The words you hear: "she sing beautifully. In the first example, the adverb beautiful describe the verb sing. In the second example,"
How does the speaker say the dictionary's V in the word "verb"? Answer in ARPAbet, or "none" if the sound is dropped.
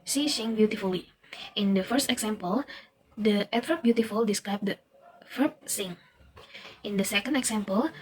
F